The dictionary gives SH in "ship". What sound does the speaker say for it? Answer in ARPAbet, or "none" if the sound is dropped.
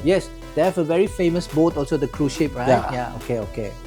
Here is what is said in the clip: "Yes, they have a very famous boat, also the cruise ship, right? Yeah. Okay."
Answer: SH